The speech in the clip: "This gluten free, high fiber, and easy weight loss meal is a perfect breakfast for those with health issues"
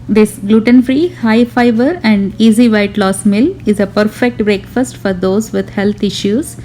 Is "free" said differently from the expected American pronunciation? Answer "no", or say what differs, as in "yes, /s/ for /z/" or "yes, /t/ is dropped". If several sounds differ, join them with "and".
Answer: no